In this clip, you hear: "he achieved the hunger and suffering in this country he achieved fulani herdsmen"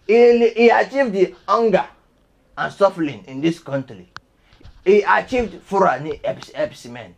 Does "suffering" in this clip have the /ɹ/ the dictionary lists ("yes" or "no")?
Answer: no